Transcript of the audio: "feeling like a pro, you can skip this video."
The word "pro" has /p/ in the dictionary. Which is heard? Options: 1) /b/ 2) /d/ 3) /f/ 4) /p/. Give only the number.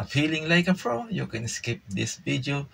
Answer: 3